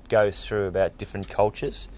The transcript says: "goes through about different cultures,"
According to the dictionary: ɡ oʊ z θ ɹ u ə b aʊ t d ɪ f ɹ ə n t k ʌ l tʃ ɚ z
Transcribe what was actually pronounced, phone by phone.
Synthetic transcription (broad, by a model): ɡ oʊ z θ ɹ u ə b aʊ t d ɪ f ɹ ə n k ʌ l tʃ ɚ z